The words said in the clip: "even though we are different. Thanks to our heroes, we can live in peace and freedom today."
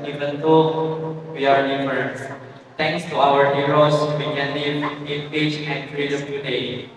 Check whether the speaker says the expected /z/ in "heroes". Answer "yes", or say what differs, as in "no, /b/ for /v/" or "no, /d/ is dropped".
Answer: no, /s/ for /z/